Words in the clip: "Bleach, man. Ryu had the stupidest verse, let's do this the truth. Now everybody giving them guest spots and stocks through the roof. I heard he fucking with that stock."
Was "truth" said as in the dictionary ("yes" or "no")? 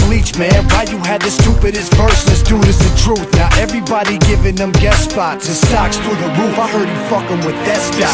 yes